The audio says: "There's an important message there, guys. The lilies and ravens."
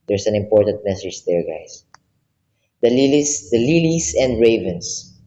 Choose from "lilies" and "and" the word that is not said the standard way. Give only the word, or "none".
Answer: lilies